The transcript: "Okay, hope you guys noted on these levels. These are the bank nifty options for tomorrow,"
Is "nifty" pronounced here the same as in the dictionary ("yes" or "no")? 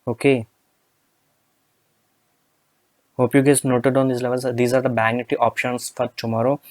no